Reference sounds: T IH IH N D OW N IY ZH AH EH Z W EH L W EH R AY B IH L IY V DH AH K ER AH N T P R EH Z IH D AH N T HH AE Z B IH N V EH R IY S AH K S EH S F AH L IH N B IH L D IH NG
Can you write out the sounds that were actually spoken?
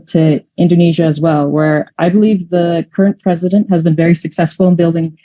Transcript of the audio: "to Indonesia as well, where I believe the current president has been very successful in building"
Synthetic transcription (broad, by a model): T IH IH N D OW N IY ZH AH Z W EH L W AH R AY B IH L IY V DH AH K ER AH N P R EH Z IH D AH N T HH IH Z B IH N V EH R IY S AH K S EH S F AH L IH N B IH L D IH NG